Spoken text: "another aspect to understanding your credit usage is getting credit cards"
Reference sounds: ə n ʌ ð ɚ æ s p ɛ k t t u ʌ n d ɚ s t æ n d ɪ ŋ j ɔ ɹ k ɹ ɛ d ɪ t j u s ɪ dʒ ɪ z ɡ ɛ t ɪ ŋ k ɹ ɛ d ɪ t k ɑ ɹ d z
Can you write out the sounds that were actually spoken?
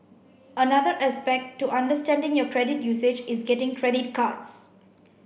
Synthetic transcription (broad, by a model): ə n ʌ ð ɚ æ s p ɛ k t t u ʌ n d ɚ s t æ n d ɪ ŋ j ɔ k ɹ ɛ d ɪ t j u s ɪ dʒ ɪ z ɡ ɛ t ɪ ŋ k ɹ ɛ d ɪ t k ɑ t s